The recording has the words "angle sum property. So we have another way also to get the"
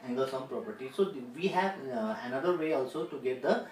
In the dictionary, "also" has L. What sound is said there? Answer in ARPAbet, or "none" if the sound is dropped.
L